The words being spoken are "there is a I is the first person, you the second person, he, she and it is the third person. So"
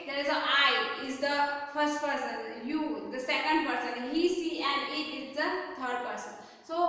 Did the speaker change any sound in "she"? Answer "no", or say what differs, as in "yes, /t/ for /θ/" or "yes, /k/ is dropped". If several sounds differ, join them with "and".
yes, /s/ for /ʃ/